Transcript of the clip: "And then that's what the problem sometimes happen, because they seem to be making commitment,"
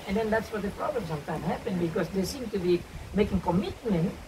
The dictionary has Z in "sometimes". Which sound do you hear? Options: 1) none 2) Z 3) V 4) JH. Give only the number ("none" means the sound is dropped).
1